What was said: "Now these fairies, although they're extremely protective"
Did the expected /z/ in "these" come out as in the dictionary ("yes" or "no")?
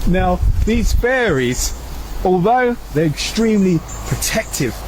yes